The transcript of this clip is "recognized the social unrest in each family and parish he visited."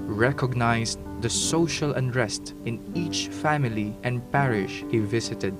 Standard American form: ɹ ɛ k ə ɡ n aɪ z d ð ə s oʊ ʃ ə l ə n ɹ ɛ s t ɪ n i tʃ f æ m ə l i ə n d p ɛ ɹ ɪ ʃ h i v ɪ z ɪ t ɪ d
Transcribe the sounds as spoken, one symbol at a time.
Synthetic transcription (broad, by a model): ɹ ɛ k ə ɡ n aɪ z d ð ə s oʊ ʃ ə l ə n ɹ ɛ s t ɪ n i tʃ f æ m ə l i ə n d p ɛ ɹ ɪ ʃ h i v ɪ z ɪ t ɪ d